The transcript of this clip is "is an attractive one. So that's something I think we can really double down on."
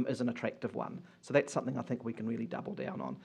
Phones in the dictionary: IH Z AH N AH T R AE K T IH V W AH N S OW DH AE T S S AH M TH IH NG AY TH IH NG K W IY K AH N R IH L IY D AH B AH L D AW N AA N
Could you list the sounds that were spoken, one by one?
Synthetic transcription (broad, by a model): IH Z AH N AH T R AE K T IH V W AH N S OW DH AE T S S AH M TH IH NG AY TH IH NG K W IY K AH N R IH L IY D AH B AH L D AW N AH N